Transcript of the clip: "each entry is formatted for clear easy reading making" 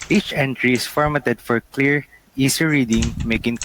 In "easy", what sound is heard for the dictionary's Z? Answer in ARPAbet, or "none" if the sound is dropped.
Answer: S